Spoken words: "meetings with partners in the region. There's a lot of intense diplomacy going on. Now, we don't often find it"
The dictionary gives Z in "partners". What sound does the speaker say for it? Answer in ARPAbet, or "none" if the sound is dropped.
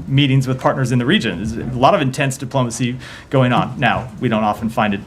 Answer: Z